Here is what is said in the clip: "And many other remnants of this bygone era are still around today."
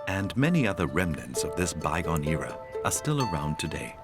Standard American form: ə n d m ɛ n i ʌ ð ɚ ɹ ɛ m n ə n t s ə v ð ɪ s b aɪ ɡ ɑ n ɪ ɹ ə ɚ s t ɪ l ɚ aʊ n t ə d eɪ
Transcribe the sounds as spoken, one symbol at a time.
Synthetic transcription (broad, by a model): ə n m ɛ n i ʌ ð ɚ ɹ ɛ m n ə n t s ə v ð ɪ s b aɪ ɡ ɑ n ɪ ɹ ə ɚ s t ɪ l ɚ aʊ n t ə d eɪ